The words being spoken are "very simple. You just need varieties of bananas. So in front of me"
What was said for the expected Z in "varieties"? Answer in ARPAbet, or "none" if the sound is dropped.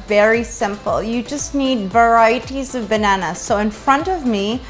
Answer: Z